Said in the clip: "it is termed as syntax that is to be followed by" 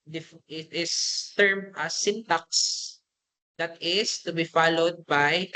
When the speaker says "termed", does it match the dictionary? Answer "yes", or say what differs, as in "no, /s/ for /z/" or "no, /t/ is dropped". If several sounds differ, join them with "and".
no, /d/ is dropped